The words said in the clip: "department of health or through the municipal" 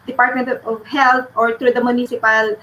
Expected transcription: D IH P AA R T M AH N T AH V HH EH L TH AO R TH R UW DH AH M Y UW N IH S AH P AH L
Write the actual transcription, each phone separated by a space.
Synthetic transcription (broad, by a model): D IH P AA R T M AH N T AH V HH EH L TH AO R T R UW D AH M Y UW N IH S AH P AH L